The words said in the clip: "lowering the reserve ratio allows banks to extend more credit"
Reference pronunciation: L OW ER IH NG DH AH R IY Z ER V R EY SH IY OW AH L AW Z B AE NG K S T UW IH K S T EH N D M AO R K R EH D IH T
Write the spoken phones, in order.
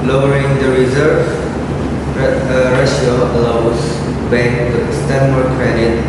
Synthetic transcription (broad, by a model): L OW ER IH NG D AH R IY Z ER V R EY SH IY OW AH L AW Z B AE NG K T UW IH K S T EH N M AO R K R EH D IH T